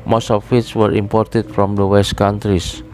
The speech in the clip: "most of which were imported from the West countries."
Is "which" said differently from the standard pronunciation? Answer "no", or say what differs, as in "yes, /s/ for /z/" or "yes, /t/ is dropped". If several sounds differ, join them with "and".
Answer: yes, /s/ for /tʃ/